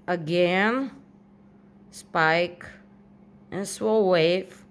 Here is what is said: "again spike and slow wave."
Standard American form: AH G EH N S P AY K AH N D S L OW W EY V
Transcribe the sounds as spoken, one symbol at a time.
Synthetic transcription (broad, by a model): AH G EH N S P AY K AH N S W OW W EY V